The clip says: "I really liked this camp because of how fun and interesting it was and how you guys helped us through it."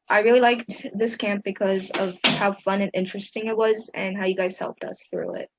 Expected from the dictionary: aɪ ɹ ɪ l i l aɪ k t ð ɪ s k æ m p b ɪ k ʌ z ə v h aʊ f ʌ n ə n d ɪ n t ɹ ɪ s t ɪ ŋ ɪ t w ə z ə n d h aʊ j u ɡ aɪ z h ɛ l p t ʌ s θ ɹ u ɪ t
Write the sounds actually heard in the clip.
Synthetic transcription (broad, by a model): aɪ ɹ ɪ l i l aɪ k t ð ɪ s k æ m p b ɪ k ʌ z ə v h aʊ f ʌ n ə n ɪ n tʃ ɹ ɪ s t ɪ ŋ ɪ t w ə z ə n h aʊ j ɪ ɡ aɪ z h ɛ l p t ʌ s θ ɹ u ɪ t